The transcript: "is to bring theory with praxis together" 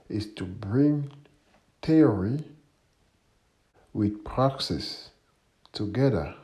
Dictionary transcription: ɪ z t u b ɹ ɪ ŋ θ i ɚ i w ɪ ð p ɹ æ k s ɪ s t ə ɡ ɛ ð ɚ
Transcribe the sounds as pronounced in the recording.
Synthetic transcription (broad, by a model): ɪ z t u b ɹ ɪ ŋ t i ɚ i w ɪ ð p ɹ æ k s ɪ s t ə ɡ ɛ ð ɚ